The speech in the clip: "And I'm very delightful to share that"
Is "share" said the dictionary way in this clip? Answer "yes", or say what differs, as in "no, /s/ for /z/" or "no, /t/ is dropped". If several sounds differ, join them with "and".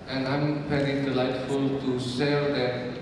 no, /s/ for /ʃ/